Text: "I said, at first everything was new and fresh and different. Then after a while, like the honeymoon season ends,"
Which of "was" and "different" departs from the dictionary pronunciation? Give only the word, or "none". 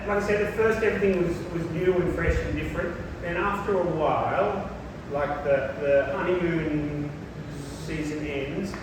none